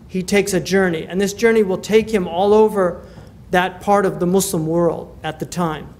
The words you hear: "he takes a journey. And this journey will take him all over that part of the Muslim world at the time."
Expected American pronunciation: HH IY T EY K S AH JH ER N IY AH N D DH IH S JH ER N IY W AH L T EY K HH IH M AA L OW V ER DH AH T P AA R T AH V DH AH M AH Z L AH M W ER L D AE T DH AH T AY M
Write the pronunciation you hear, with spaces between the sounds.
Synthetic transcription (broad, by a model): HH IY T EY K S AH JH ER N IY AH N DH IH S JH ER N IY W AH L T EY K HH IH M AA L OW V ER DH AH T P AA R T AH V DH AH M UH S L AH M W ER L D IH T DH AH T AY M